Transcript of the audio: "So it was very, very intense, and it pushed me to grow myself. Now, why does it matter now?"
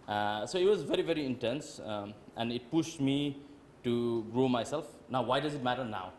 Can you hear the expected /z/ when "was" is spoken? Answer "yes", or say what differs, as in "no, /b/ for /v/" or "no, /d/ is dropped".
yes